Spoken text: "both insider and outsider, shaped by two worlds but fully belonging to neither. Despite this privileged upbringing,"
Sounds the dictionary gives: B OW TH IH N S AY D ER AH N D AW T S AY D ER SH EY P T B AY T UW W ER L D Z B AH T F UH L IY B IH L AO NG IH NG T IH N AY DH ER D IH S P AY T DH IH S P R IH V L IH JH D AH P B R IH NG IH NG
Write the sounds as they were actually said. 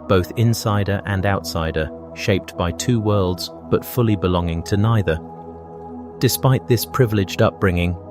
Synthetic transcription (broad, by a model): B OW TH IH N S AY D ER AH N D AW T S AY D ER SH EY P T B AY T UW W ER L D Z B AH T F UH L IY B IH L AO NG IH NG T IH N AY DH ER D IH S P AY T DH IH S P R IH V L IH JH D AH P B R IH NG IH NG